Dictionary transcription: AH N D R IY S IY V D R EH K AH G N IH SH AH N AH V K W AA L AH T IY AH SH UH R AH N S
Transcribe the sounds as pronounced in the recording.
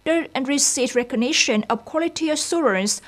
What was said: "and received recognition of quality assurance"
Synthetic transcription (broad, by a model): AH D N R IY S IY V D R EH K AH G N IH SH AH N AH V K W AA L AH T IY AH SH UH R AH N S